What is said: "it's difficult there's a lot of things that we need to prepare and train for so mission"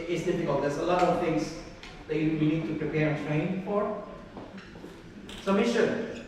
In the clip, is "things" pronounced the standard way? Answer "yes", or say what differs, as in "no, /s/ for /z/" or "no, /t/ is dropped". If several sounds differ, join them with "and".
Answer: no, /t/ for /θ/